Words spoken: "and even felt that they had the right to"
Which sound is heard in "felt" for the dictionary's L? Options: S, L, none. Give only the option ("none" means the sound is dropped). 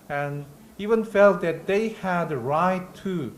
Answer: L